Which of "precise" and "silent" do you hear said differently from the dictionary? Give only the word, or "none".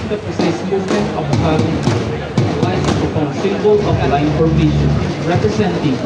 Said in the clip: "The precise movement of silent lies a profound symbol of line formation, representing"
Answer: silent